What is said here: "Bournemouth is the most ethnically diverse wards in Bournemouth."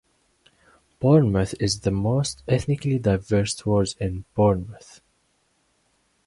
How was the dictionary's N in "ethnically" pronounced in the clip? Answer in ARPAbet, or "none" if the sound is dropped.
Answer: N